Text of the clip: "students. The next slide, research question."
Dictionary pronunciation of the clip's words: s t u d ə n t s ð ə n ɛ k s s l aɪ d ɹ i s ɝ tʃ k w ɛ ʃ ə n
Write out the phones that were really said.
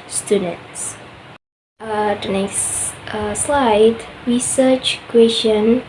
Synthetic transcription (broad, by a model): s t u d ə n t s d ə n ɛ s s l aɪ d ɹ i s ɝ tʃ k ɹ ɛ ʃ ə n